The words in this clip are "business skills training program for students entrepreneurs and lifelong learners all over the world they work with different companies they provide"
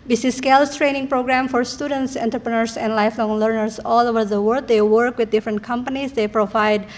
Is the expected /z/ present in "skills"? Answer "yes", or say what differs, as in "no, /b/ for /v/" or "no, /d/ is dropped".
no, /s/ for /z/